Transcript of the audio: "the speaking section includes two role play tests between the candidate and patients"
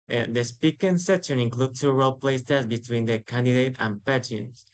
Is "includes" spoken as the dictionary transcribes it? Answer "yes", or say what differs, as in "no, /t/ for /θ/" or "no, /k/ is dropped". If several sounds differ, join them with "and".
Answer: no, /z/ is dropped